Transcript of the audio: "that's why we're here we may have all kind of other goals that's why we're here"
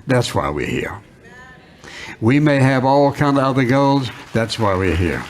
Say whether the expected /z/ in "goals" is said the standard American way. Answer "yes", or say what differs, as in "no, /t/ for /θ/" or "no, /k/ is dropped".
yes